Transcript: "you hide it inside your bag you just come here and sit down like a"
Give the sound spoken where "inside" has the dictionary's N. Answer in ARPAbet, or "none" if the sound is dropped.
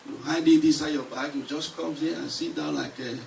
none